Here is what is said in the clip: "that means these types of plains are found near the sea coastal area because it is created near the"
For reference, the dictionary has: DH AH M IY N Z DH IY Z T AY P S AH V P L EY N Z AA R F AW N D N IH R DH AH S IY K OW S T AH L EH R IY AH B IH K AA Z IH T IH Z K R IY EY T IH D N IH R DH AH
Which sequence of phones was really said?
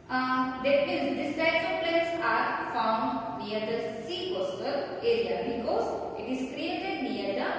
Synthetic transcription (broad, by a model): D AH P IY Z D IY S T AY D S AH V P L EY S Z AA R F AW N D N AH R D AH S IY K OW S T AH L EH R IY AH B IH K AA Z IH T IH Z K R IY EY T IH D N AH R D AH